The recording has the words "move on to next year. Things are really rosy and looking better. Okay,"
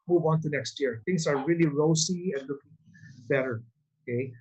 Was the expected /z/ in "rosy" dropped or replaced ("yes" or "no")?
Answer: yes